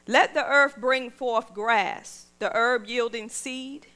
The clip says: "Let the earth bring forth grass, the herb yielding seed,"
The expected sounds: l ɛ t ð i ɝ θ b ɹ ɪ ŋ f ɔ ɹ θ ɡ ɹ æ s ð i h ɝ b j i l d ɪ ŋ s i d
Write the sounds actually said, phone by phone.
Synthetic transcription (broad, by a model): l ɛ t ð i ɝ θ b ɹ ɪ ŋ f ɔ ɹ θ ɡ ɹ æ s ð i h ɝ b j i l d ɪ ŋ s i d